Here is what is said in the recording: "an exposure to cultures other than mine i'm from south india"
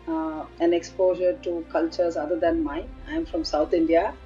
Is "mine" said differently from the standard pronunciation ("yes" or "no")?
yes